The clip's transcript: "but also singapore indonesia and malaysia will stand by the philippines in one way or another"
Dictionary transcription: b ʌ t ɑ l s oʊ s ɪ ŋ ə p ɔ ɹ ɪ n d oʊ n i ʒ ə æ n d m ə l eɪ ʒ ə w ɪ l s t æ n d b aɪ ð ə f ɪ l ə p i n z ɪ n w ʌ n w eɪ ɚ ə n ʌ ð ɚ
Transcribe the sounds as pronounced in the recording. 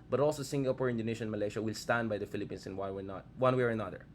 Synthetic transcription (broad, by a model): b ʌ t ɑ l s oʊ s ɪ ŋ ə p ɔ ɹ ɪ n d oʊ n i ʃ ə n m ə l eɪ ʃ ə w ɪ l s t æ n d b aɪ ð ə f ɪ l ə p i n s ɪ n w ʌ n w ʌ ɚ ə n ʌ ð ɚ